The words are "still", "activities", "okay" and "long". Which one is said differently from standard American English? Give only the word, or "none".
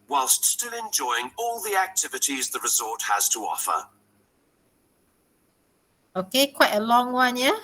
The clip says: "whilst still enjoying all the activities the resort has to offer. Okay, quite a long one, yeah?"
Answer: none